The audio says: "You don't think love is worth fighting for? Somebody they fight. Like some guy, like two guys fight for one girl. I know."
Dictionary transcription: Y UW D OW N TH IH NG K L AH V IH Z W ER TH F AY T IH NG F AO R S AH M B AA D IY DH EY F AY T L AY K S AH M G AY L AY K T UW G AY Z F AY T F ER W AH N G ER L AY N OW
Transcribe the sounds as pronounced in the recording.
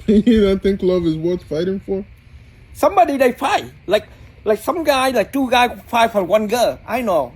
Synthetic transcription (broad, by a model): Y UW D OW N TH IH NG K L AH V IH Z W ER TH F AY T IH NG F AO R S AH M B AA D IY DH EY F AY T L AY K S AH M G AY L AY K T UW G AY F AY T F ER W AH N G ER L AY N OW